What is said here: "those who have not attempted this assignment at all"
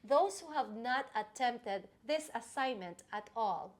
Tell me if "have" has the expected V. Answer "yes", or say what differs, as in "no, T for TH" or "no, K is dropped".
yes